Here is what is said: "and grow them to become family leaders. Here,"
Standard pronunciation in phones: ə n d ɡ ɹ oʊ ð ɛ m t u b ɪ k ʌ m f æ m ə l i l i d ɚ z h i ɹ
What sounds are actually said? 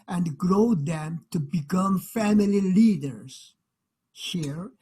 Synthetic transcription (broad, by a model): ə n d ɡ ɹ oʊ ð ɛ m t u b ɪ k ʌ m f æ m ə l i l i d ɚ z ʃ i ɹ